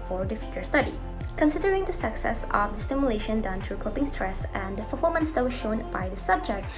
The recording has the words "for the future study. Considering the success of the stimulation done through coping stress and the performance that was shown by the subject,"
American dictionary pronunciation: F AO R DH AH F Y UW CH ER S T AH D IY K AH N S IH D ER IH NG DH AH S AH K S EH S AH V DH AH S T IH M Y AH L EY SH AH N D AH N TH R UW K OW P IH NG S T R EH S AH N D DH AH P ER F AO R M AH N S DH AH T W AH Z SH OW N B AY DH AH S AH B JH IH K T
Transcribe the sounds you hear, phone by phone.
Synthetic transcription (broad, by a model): F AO R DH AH F Y UW CH ER S T AH D IY K AH N S IH D ER IH NG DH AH S AH K S EH S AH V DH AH S T IH M Y AH L EY SH AH N D AH N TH R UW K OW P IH NG S T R EH S AH N D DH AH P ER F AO L M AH N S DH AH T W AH SH OW N B AY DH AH S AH B JH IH K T